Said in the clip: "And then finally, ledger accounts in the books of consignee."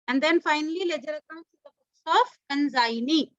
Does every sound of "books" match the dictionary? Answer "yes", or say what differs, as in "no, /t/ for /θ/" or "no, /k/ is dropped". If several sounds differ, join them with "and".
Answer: no, /k/ is dropped